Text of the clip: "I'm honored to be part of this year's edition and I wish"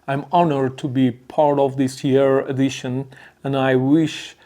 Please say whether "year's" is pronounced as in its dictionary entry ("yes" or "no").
no